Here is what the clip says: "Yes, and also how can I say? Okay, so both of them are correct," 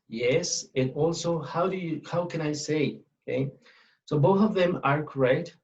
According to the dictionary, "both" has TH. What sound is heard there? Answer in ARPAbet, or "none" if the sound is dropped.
TH